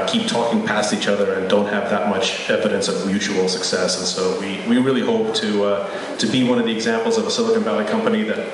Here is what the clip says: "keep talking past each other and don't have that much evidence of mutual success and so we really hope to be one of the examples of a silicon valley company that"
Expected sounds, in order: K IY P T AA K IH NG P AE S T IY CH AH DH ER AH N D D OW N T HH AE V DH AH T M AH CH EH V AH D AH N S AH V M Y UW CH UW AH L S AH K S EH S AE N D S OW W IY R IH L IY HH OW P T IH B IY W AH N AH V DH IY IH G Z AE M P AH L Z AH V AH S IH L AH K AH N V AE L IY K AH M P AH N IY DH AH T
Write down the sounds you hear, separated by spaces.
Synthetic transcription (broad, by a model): K IY P T AA K IH NG P AE S T IY CH AH DH ER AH N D D OW N T HH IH V DH AH T M AH CH EH V AH D AH N S AH V M Y UW CH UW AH L S AH K S EH S N S OW W IY R IH L IY HH OW P T IH B IY W AH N AH V DH IY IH G Z AE M P L Z AH V AH S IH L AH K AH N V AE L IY K AH M P AH N IY DH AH T